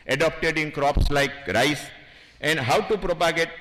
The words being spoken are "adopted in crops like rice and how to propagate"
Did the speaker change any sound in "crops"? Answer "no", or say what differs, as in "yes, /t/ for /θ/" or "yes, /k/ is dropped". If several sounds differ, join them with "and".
no